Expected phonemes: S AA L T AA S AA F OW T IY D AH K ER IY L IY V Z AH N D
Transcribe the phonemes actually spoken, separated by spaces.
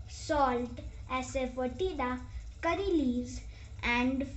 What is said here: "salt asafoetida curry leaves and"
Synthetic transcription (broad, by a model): S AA L T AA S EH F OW T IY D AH K ER IY L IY Z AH N D